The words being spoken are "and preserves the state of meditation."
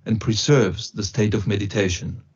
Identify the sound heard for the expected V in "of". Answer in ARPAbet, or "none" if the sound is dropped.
V